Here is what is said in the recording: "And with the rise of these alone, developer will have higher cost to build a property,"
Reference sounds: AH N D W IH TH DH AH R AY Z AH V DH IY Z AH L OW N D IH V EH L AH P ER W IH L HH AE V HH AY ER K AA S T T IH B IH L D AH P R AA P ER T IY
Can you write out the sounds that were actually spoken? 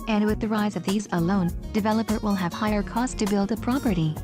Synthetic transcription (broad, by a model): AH N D W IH DH AH R AY Z AH V DH IY Z AH L OW N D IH V EH L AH P ER W IH L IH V HH AY ER K AA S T T IH B IH L D AH P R AA P ER T IY